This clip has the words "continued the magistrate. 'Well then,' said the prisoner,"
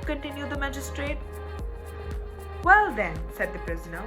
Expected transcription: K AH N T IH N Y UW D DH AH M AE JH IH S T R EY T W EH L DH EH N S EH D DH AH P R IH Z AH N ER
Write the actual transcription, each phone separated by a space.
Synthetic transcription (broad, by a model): K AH N T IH N Y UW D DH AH M AE JH IH S T R EY T W EH L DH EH N S EH D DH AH P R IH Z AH N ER